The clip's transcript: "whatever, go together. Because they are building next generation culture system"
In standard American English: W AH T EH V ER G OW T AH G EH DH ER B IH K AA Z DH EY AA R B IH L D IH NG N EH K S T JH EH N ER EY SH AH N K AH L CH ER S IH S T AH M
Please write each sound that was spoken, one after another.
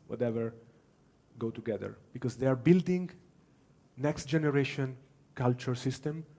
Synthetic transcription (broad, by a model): W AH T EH V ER G OW T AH G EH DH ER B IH K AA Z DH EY AA R B IH L D IH NG N EH K S T JH EH N ER EY SH AH N K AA L CH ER S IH S T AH M